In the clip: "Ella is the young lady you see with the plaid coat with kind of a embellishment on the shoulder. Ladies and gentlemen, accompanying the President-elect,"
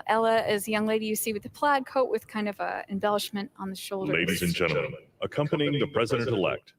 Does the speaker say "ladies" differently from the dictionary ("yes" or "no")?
no